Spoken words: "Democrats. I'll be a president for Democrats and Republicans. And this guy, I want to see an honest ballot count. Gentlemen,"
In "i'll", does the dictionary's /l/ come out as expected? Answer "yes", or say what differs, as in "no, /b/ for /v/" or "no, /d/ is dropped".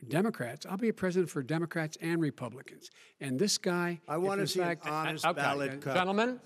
yes